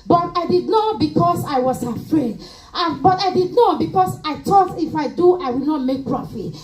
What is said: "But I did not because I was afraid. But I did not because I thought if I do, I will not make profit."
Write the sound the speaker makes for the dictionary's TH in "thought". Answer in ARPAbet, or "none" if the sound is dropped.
T